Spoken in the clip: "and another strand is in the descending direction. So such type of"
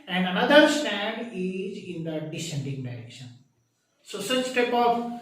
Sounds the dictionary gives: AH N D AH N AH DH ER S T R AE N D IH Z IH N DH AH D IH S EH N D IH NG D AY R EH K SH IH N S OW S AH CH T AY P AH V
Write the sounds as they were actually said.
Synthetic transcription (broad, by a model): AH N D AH N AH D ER S T AE N D IH Z IH N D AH D IH S EH N D IH NG D AY R EH K SH IH N S OW S AH CH T AY P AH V